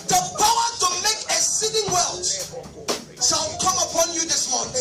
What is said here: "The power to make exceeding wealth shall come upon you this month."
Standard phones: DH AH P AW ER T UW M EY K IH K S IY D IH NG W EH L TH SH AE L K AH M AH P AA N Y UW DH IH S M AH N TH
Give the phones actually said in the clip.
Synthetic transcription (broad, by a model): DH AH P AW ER T UW M EY K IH S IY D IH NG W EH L T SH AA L K AH M AH P AA N Y UW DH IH S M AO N